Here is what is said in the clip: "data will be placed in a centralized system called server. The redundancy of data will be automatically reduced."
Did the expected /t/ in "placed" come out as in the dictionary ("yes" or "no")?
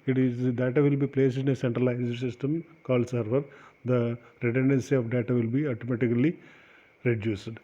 no